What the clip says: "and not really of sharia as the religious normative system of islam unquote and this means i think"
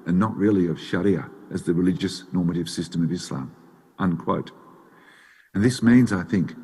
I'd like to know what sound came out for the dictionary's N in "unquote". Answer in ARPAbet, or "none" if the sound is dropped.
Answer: N